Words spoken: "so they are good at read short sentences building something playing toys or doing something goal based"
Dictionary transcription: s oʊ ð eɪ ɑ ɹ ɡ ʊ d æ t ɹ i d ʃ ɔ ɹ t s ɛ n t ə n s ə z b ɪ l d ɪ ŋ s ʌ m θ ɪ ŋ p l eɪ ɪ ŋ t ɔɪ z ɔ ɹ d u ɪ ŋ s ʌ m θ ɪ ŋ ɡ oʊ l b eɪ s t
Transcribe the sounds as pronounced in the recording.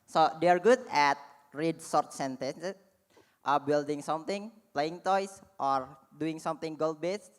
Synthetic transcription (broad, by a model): s oʊ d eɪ ɑ ɹ ɡ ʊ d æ t ɹ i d s ɔ ɹ t s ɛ n t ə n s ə b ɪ l d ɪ ŋ s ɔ m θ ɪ ŋ p l eɪ ɪ ŋ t ɔɪ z ɔ ɹ d u ɪ ŋ s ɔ m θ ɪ ŋ ɡ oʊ l b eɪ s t